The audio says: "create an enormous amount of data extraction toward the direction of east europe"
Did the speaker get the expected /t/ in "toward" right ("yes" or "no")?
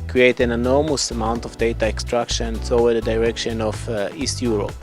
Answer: no